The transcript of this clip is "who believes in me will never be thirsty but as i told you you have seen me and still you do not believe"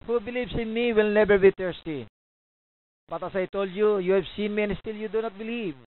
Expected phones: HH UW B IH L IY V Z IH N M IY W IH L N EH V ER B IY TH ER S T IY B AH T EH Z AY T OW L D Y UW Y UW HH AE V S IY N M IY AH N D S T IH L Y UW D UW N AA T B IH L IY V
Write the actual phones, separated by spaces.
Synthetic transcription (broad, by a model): HH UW B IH L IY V S IH N M IY W IH L N EH B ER B IY T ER S T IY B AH T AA S AY T OW L D Y UW Y UW HH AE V S IY N M IY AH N S T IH L Y UW D UW N AA T B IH L IY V